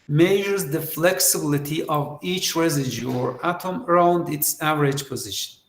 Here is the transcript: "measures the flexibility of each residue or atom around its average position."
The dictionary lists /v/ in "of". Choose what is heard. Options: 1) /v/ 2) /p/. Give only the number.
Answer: 1